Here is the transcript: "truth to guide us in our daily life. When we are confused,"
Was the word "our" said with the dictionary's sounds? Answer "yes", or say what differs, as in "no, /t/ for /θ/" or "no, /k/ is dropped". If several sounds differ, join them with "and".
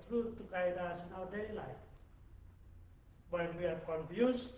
no, /w/ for /ɹ/